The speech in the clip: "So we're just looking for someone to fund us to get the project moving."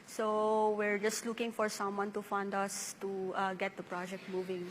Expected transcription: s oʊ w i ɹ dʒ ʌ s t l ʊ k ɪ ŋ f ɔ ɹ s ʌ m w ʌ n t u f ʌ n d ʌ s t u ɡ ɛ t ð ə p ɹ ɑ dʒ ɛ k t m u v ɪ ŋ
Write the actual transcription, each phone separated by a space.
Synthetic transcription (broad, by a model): s oʊ w i ɹ dʒ ʌ s t l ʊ k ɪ ŋ f ɔ ɹ s ʌ m w ʌ n t u f ʌ n d ʌ s t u ɡ ɛ t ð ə p ɹ ɑ dʒ ɛ k t m u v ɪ ŋ